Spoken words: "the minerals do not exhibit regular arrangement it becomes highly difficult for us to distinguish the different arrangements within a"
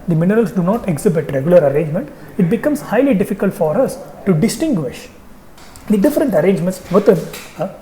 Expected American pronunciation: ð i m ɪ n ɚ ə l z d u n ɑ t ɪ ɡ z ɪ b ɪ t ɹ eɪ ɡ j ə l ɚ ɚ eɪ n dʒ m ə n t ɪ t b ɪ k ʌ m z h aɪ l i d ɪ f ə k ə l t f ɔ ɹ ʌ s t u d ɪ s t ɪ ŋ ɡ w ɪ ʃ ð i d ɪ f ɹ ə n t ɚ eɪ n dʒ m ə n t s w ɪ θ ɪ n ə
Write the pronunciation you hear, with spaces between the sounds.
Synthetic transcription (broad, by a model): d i m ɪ n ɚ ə l s d u n ɑ t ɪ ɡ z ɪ b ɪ t ɹ eɪ ɡ j ə l ɚ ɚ eɪ n dʒ m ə n t ɪ t b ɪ k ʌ m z h aɪ l i d ɪ f ə k ə l t f ɔ ɹ ʌ s t u d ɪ s t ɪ ŋ ɡ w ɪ ʃ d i d ɪ f ɹ ə n t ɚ eɪ n dʒ m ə n t s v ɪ t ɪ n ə